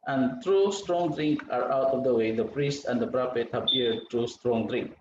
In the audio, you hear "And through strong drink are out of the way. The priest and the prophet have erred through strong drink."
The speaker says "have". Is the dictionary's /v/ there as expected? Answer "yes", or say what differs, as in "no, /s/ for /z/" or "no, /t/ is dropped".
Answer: no, /p/ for /v/